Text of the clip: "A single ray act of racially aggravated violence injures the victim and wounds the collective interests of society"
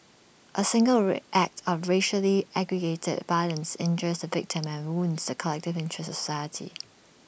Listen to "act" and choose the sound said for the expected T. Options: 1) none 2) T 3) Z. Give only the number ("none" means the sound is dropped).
2